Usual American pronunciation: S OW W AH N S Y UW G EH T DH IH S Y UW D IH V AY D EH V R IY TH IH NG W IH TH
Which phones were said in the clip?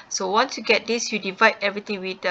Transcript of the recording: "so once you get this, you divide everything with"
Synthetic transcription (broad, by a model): S OW W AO N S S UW G EH T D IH S Y UW D IH V AY D EH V R IY T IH NG W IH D